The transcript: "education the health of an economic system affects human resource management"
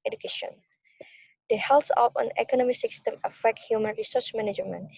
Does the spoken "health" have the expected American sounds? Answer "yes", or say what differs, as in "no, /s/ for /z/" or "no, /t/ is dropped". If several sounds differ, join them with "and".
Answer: no, /s/ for /θ/